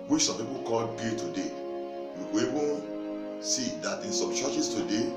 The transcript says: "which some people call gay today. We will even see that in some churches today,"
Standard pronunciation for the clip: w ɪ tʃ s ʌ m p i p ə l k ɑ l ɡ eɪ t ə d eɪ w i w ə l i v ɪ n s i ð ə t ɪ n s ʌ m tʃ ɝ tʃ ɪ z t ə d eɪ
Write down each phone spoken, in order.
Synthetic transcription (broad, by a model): w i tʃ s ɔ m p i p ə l k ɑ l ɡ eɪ t ə d eɪ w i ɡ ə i b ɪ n s i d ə t ɪ n s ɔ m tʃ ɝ tʃ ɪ s t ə d eɪ